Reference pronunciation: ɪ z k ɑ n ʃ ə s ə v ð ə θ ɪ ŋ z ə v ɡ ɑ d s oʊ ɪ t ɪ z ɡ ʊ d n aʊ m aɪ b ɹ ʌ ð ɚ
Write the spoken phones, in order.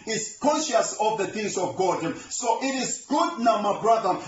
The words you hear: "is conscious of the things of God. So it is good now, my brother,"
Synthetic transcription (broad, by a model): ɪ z k ɑ n ʃ ə s ə v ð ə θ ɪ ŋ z ə v ɡ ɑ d s oʊ ɪ t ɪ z ɡ ʊ d n aʊ m aɪ b ɹ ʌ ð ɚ